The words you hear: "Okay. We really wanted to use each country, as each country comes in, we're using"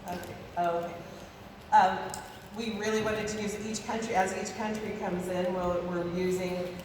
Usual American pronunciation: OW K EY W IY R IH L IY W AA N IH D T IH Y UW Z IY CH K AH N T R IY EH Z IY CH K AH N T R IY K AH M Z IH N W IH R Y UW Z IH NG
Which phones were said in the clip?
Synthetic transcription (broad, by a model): OW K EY W IY R IH L IY W AA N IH D T IH Y UW Z IY CH K AH N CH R IY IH Z IY CH K AH N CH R IY K AH M Z IH N W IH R Y UW Z IH NG